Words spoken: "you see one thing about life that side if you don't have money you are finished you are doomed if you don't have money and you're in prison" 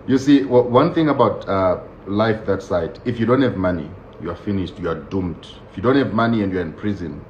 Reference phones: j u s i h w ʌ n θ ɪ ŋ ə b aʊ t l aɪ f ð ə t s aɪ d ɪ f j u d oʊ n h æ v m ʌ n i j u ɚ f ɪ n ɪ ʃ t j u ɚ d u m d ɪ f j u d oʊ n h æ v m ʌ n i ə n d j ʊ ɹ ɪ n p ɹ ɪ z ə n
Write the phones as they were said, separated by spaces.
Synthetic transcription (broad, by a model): j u s i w w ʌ n θ ɪ ŋ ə b aʊ t l aɪ f ð ə t s aɪ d ɪ f j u d oʊ n h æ v m ʌ n i j u ɚ f ɪ n ɪ ʃ t j u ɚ d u m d ɪ f j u d oʊ n h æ v m ʌ n i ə n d j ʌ ɹ ɪ n p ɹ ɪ z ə n